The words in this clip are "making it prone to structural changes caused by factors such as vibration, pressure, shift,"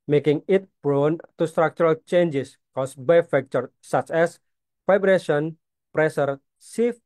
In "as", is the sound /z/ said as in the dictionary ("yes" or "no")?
no